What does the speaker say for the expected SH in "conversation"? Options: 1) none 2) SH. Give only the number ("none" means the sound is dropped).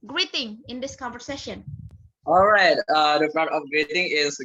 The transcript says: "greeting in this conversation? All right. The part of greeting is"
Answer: 2